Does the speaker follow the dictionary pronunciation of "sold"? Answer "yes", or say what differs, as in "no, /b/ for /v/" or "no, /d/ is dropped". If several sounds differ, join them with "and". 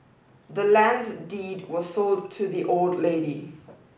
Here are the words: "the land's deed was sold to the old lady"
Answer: yes